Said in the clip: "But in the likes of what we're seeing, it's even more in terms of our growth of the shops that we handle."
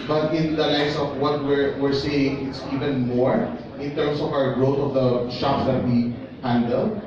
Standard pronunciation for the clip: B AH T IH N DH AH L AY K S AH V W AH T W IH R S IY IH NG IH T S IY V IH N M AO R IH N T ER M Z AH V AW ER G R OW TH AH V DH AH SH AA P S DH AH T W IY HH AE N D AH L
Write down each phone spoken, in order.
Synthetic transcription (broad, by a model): B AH T IH N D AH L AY S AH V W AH T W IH R S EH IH NG IH T S IY V IH N M AO R IH N T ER M S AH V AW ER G R OW T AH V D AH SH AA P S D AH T W IY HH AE N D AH L